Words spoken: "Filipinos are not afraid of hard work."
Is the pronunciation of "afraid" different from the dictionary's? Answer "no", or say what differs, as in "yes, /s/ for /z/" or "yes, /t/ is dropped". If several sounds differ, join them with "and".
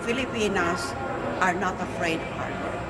yes, /d/ is dropped